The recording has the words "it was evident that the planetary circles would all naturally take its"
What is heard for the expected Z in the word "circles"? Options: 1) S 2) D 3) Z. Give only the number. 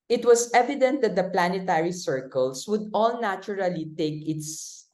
1